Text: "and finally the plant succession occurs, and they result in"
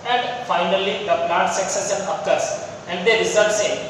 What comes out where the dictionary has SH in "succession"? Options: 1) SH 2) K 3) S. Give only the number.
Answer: 3